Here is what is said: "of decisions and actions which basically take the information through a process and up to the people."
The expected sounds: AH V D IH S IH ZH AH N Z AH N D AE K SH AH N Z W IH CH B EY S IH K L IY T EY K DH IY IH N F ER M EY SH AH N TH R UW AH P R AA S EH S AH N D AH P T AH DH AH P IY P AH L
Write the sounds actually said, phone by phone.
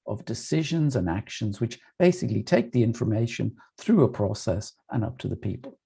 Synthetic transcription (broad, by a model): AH V D IH S IH ZH AH N Z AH N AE K SH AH N Z W IH CH B EY S IH K L IY T EY K DH IY IH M F ER M EY SH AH N TH R UW AH P R AA S EH S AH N AH P T AH DH AH P IY P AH L